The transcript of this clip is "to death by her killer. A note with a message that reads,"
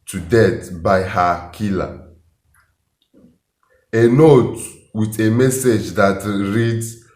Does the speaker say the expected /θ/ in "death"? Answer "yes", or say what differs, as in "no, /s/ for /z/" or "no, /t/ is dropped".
no, /t/ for /θ/